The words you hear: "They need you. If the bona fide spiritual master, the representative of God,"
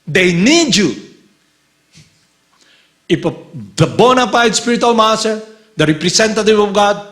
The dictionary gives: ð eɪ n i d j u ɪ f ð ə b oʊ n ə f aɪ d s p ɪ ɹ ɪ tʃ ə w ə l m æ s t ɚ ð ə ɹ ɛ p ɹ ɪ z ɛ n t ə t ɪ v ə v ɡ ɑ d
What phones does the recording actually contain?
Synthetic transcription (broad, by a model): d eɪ n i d j u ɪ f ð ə b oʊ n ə p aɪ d s p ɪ ɹ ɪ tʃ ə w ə l m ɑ s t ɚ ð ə ɹ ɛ p ɹ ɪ s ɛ n t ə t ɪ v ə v ɡ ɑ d